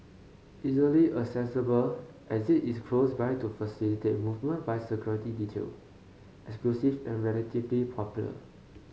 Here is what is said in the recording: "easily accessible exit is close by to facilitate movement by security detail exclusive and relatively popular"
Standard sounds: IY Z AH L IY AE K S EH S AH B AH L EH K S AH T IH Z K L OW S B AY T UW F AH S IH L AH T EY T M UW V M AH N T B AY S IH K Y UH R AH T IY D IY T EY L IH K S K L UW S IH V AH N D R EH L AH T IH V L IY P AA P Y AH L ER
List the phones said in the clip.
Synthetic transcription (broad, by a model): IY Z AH L IY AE S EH S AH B AH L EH S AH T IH S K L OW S B AY T UW F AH S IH L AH T EY T M UW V M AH N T B AY S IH K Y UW R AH T IY D IY T EY L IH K S K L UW S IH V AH N R EH L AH T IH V L IY P AA P Y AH L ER